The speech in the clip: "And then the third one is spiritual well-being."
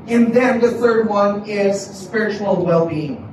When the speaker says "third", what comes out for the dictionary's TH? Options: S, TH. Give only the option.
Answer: TH